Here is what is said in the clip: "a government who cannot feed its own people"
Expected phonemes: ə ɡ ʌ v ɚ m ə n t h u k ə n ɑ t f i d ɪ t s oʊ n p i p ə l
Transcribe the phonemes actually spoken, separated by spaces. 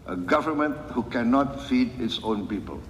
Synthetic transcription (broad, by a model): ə ɡ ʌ v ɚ m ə n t h u k ə n ɑ t f i d ɪ t s oʊ n p i p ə l